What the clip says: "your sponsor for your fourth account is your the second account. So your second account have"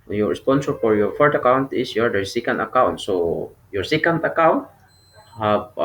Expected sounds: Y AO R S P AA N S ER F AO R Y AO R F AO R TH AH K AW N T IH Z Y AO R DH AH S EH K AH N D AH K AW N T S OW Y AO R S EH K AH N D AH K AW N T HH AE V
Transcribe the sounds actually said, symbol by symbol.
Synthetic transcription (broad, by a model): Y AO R S P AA N S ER F AO R Y AO R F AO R T AH K AW N T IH S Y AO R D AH S EH K AH N D AH K AW N T S OW Y AO R S EH K AH N D AH K AW N T HH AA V